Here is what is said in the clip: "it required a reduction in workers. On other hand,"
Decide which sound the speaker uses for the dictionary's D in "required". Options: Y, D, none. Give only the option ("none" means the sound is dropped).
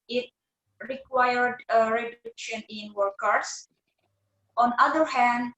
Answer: D